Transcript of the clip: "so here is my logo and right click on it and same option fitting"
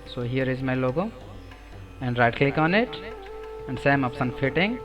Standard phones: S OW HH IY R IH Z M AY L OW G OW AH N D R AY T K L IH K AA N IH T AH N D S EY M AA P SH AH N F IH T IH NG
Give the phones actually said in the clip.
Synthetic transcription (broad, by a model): S OW HH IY R IH Z M AY L OW G OW AH N D R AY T K L IH K AA N IH T AH N D S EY M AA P S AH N F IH T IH NG